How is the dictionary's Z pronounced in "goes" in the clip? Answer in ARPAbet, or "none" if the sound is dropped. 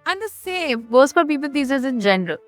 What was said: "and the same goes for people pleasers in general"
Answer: S